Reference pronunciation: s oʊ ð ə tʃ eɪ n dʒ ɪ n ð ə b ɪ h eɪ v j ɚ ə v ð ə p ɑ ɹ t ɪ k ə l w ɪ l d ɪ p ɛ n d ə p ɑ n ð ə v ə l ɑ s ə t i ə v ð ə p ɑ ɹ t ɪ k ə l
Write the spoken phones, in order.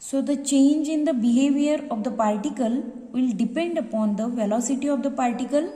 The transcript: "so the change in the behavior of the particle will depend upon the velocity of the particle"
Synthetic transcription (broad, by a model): s oʊ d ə tʃ eɪ n dʒ ɪ n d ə b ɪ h eɪ v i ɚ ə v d ə p ɑ ɹ t ɪ k ə l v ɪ l d ɪ p ɛ n d ə p ɑ n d ə v ə l ɑ s ə t i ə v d ə p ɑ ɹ t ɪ k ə l